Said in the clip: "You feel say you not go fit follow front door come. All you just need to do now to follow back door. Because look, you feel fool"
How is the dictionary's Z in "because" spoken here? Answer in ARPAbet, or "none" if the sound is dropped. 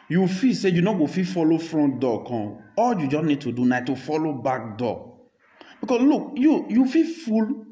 S